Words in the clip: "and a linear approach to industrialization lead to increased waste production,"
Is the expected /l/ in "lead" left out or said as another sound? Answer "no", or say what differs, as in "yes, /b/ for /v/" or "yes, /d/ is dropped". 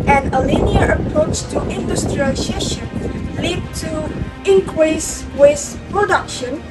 no